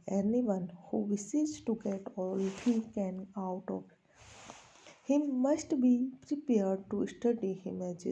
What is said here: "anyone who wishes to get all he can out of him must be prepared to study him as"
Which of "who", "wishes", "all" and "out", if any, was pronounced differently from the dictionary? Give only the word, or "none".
wishes